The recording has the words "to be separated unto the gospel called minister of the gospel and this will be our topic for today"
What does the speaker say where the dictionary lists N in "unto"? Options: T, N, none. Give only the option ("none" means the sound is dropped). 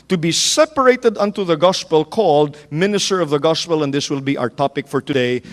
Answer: N